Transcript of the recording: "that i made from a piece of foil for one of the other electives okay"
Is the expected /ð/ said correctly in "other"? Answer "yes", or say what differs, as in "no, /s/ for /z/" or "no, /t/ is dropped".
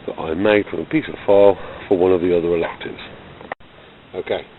yes